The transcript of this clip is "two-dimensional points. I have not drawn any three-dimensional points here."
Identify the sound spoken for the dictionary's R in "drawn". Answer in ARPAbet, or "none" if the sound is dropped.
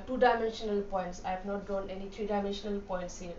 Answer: none